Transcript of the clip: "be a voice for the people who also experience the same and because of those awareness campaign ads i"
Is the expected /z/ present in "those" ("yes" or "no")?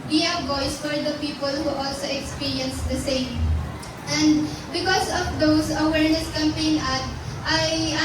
no